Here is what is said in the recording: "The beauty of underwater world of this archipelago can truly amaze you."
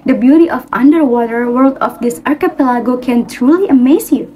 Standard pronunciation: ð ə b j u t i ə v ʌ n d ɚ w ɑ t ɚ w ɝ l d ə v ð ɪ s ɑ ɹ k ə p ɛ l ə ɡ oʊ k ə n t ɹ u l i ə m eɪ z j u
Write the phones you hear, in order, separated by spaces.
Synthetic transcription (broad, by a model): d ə b j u t i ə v ʌ n d ɚ w ɑ t ɚ w ɝ l d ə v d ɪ s ɑ ɹ k ə p ɛ l ə ɡ oʊ k ə n t ɹ u l i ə m eɪ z j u